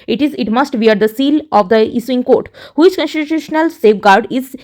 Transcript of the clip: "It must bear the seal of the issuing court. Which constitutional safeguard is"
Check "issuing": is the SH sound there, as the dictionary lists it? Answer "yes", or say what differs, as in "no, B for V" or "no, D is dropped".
no, S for SH